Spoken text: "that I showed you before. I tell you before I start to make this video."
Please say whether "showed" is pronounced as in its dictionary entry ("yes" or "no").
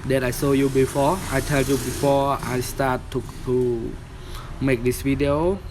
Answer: no